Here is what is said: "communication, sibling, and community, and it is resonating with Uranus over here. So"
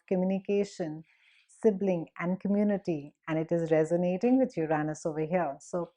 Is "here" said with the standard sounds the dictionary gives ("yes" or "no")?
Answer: no